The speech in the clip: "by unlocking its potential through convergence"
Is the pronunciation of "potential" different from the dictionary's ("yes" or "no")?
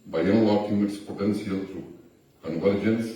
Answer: yes